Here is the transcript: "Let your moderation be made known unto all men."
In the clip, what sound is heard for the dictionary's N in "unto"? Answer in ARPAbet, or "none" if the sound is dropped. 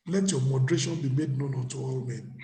none